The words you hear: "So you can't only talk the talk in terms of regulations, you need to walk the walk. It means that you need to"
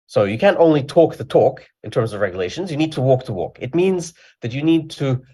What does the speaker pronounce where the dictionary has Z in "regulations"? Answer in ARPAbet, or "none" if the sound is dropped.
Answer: Z